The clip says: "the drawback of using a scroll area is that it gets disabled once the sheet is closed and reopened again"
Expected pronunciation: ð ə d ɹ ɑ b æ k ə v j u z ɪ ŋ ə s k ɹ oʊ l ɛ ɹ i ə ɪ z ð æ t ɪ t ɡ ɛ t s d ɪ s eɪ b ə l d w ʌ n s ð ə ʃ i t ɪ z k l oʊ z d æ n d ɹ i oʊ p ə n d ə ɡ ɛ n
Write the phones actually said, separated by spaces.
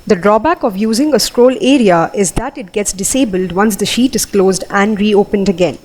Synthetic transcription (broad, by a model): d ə d ɹ ɑ b æ k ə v j u z ɪ ŋ ə s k ɹ oʊ l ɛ ɹ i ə ɪ z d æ t ɪ t ɡ ɛ t s d ɪ s eɪ b ə l d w ʌ n s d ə ʃ i t ɪ z k l oʊ z d æ n d ɹ i oʊ p ə n d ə ɡ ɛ n